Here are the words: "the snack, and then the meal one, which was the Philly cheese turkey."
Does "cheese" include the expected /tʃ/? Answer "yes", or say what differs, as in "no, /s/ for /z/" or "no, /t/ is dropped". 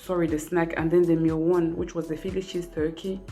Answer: no, /ʃ/ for /tʃ/